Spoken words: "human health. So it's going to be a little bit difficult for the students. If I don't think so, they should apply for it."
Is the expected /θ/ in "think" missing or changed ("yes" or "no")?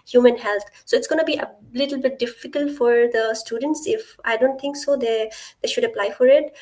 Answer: yes